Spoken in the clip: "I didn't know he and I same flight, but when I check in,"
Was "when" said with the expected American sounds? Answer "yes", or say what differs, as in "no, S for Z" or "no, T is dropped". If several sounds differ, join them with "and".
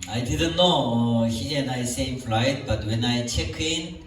yes